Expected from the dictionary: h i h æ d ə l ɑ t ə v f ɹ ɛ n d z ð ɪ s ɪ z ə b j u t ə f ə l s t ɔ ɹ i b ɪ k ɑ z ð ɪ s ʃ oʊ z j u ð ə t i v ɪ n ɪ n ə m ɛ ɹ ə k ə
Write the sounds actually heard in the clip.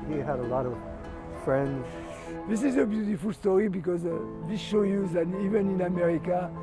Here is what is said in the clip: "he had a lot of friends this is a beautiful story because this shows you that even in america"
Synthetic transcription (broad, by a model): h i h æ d ə l ɑ t ə v f ɹ ɛ n d z ð ɪ s ɪ z ə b j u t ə f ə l s t ɔ ɹ i b ɪ k ɑ z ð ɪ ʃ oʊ j u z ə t i v ɪ n ɪ n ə m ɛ ɹ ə k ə